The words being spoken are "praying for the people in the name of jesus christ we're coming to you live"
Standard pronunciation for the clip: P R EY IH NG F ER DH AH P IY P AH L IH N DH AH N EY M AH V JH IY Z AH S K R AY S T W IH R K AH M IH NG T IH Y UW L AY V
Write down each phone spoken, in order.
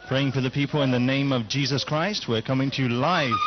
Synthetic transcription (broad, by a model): P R EY IH NG F ER DH AH P IY P AH L IH N DH AH N EY M AH V JH IY Z AH S K R AY S T W IH R K AH M IH NG T IH L AY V